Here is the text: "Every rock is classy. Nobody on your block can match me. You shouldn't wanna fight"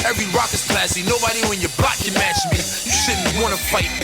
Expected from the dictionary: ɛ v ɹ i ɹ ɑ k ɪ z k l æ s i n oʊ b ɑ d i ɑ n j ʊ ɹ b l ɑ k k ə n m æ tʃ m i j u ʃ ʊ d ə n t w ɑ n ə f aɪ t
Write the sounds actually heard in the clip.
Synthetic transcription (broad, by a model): ɛ v ɹ i ɹ ɑ k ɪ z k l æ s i n oʊ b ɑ d i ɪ n j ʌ ɹ b l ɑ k k ə n m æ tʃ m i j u s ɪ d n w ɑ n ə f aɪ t